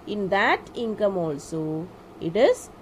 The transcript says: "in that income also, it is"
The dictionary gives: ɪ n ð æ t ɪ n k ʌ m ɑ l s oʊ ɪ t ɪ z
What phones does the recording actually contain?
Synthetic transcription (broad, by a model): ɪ n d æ t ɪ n k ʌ m ɑ l s oʊ ɪ t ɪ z